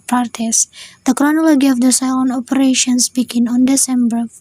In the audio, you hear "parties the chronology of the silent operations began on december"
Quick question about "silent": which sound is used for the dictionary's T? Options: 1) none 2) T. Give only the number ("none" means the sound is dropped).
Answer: 1